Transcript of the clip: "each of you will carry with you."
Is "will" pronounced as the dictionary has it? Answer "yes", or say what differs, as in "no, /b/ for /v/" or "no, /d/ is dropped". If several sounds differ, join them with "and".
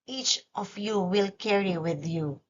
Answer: yes